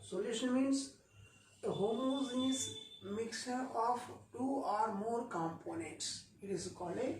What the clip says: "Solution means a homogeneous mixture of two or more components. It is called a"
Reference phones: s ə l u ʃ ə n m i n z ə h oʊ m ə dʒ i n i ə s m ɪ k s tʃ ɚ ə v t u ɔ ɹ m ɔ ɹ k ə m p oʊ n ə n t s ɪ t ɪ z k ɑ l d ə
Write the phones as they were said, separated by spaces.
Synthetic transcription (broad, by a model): s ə l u ʃ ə n m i n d ə h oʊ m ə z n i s m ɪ k s ɚ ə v t u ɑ ɹ m ɔ ɹ k ə m p oʊ n ə n t s ɪ t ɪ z k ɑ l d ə